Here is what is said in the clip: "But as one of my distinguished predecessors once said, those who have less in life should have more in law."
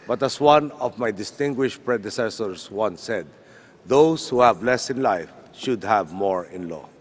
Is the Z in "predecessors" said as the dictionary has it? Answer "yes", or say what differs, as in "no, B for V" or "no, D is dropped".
no, S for Z